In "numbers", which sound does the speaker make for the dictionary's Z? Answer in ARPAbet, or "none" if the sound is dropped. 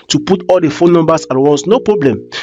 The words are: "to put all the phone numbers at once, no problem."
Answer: S